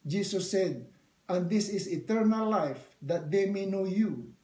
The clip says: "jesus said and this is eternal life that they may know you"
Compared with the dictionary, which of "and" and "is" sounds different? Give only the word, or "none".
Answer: is